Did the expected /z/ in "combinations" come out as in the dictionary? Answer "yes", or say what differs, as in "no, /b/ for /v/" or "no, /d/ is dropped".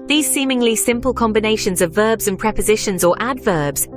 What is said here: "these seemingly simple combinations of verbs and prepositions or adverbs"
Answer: yes